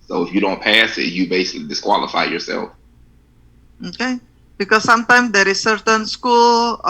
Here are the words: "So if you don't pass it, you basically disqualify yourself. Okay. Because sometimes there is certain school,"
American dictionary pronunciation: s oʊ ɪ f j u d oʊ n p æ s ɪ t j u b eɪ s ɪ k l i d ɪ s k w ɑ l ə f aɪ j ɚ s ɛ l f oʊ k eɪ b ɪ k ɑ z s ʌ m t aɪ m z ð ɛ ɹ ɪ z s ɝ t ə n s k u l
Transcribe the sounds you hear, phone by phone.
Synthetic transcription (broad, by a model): s oʊ ɪ f j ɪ d oʊ n p æ s ɪ t j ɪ b eɪ s ɪ k l i d ɪ s k w ɑ l ə f aɪ j ɚ s ɛ l f oʊ k eɪ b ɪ k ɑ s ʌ m t aɪ m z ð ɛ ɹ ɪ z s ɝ t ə n s k u l